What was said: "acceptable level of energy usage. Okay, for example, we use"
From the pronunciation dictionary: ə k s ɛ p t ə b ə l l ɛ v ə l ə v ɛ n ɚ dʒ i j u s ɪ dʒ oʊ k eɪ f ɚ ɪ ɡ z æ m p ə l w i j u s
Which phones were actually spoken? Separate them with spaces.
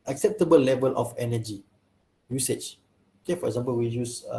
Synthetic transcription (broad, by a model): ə k s ɛ p t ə b ə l l ɛ v ə l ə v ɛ n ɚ dʒ i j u s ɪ tʃ oʊ k eɪ f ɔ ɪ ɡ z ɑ m p ə l w i j u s